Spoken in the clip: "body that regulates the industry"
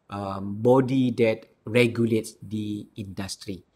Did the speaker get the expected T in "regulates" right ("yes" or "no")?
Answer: yes